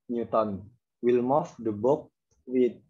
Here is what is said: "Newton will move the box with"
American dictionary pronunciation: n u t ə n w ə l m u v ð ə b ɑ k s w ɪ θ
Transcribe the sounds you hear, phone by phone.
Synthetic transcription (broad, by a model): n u t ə n w ə l m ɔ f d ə b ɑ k w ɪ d